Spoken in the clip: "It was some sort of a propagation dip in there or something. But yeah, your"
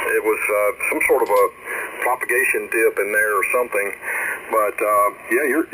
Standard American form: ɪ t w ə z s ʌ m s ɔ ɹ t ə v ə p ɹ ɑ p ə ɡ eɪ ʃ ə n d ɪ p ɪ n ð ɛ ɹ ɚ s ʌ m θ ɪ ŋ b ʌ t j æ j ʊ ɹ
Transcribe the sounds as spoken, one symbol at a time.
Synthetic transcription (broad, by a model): ɪ t w ə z s ʌ m s ɔ ɹ t ə v ə p ɹ ɑ p ə ɡ eɪ ʃ ə n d ɪ p ɪ n ð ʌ ɹ ɚ s ʌ m θ ɪ ŋ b ʌ t j æ j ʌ ɹ